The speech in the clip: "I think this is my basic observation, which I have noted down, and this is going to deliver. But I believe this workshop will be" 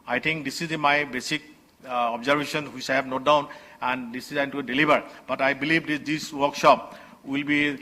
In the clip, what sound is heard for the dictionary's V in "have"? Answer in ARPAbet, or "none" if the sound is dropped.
B